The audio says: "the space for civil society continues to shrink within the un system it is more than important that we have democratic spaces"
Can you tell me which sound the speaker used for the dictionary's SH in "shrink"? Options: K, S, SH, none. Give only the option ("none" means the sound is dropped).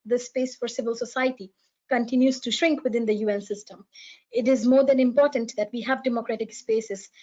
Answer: SH